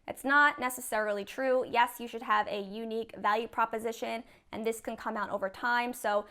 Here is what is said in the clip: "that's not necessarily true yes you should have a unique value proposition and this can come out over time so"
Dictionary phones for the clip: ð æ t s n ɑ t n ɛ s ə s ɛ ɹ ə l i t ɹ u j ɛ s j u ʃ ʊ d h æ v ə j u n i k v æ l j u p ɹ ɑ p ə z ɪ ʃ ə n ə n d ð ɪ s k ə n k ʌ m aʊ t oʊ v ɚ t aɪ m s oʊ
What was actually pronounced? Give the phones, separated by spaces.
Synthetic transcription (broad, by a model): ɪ t s n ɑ t n ɛ s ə s ɛ ɹ l i t ɹ u j ɛ s j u ʃ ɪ d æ v ə j u n i k v æ l j u p ɹ ɑ p ə z ɪ ʃ ə n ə n ð ɪ s k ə n k ʌ m aʊ t oʊ v ɚ t aɪ m s oʊ